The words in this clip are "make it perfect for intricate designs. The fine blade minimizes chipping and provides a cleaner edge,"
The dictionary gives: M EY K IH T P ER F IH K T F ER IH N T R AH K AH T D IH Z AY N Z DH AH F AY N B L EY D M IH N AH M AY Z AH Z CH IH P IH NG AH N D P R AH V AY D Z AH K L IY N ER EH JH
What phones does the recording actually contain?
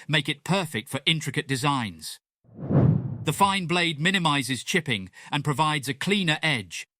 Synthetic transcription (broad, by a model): M EY K IH T P ER F IH K T F ER IH N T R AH K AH T D IH Z AY N Z DH AH F AY N B L EY D M IH N AH M AY Z AH Z CH IH P IH NG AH N P R AH V AY D Z AH K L IY N ER EH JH